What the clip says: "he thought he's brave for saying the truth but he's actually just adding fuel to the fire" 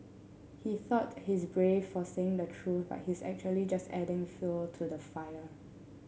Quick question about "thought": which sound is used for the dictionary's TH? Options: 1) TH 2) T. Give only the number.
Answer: 1